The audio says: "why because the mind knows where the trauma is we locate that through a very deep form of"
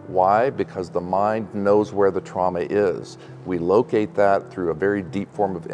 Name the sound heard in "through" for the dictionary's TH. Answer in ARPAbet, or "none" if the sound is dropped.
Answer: TH